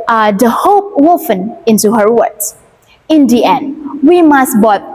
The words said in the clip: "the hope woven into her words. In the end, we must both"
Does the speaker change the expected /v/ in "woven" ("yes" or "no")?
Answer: yes